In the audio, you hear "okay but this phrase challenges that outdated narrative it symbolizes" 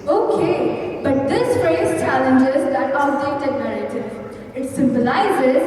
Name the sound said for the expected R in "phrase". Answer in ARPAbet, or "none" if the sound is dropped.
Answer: none